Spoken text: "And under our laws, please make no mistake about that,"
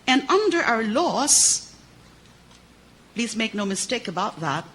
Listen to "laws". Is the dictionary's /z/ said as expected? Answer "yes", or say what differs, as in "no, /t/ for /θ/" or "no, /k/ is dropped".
no, /s/ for /z/